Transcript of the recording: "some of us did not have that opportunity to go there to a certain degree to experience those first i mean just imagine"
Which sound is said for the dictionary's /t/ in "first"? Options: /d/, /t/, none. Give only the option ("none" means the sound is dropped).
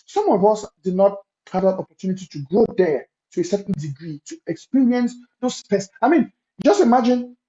none